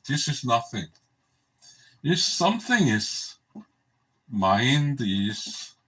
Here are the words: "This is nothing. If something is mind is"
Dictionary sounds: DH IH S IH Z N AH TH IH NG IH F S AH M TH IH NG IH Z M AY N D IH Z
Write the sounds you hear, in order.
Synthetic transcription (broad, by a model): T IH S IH S N AH TH IH NG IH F S AH M TH IH NG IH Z M AY N D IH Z